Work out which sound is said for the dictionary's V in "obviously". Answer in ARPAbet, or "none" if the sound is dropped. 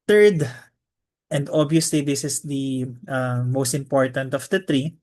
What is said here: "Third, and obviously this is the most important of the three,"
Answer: none